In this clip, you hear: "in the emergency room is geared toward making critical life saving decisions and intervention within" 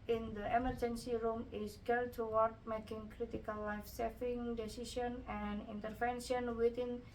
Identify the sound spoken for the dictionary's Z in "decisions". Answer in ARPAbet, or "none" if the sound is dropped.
none